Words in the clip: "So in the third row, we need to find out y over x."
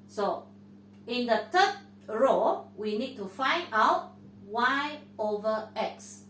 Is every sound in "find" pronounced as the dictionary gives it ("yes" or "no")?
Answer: yes